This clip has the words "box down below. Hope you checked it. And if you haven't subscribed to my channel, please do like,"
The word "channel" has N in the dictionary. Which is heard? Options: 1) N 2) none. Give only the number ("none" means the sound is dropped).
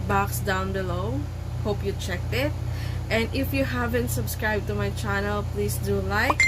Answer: 1